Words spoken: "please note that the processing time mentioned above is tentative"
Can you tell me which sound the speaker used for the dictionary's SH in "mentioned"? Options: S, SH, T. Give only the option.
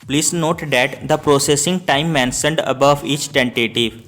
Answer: S